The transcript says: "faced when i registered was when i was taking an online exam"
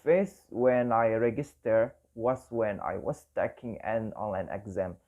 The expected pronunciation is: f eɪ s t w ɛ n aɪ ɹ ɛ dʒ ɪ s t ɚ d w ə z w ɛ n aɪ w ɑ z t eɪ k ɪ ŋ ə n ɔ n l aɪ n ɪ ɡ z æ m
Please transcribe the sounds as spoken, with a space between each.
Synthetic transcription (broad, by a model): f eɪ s w ɛ n aɪ ɹ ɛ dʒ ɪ s t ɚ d w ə s w ɛ n aɪ w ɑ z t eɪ k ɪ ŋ ə n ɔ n aɪ n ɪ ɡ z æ m